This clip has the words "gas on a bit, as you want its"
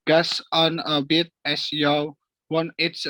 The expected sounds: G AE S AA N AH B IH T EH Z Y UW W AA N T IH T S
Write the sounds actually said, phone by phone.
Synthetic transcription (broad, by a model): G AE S AA N AH B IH T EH S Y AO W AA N IH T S